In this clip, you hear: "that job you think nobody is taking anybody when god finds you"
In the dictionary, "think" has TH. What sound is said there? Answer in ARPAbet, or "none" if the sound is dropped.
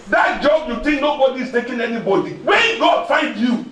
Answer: T